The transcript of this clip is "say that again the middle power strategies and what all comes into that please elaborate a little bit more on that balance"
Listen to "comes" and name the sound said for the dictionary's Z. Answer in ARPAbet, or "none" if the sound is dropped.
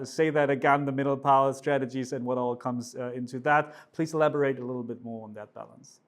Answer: Z